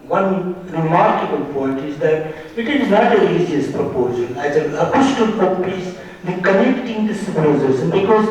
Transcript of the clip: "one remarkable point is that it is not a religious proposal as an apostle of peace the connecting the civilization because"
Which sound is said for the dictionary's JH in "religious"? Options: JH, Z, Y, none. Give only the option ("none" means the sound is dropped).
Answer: none